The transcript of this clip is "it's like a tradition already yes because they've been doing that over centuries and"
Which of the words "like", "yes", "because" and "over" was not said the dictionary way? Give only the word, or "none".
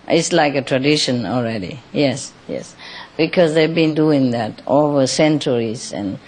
none